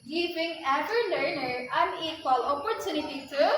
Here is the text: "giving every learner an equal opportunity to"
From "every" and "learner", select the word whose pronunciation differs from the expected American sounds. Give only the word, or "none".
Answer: every